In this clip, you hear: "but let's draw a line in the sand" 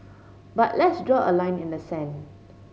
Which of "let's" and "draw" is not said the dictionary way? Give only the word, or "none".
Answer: none